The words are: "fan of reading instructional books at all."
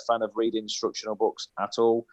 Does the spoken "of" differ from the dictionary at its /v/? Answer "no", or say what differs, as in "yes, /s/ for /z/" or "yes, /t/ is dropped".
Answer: no